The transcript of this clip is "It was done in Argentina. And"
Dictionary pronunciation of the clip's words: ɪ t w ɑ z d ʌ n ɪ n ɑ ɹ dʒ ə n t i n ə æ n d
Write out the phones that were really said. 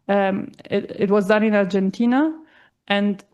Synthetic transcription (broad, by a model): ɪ t w ɑ z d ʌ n ɪ n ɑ ɹ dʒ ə n t i n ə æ n d